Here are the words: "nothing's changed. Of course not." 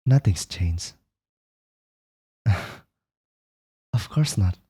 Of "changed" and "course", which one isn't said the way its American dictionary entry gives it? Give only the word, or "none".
changed